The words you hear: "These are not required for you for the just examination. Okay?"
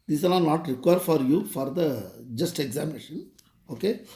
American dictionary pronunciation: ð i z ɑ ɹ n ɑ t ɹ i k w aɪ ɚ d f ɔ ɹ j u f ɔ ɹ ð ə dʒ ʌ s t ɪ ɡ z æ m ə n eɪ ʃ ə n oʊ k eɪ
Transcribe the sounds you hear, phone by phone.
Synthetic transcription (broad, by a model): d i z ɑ l n ɑ t ɹ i k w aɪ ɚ d f ɔ ɹ j u f ɔ ɹ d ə dʒ ʌ s t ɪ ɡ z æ m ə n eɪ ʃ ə n oʊ k eɪ